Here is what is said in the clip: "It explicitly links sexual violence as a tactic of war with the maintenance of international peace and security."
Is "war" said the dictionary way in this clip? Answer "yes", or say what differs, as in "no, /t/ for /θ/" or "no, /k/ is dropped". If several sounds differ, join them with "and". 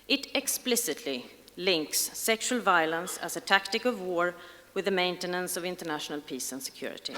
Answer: yes